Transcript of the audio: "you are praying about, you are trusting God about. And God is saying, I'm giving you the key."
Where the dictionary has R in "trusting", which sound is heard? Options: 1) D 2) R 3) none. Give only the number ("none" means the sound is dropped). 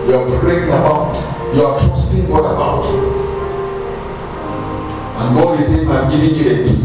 3